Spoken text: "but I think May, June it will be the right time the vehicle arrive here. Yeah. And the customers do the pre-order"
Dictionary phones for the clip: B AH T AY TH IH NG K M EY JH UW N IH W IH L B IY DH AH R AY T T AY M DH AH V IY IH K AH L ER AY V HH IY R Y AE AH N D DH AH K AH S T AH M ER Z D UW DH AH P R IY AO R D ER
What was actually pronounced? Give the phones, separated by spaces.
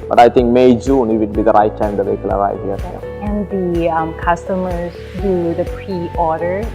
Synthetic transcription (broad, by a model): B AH T AY T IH NG K M EY JH UW N IH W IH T B IY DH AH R AY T T AY M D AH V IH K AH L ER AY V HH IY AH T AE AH N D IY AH K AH S T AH M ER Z D UW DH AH P R IY AO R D ER